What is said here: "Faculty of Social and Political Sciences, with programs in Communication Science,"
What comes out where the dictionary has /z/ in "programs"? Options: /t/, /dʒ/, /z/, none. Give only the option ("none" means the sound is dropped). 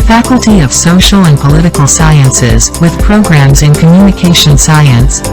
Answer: /z/